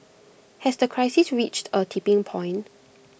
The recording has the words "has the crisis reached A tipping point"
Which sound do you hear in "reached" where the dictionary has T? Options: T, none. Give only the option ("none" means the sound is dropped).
T